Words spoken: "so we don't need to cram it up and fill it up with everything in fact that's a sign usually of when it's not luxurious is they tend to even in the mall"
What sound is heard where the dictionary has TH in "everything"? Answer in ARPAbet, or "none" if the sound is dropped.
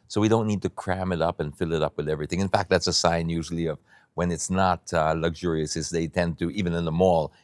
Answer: TH